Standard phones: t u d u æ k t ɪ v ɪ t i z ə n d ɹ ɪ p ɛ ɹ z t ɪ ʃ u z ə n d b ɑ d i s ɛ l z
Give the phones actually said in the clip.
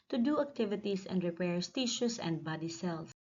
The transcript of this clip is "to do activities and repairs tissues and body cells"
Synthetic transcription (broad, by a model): t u d u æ k t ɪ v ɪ t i s ə n d ɹ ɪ p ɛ ɹ s t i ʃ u s ə n d b ɑ d i s ɛ l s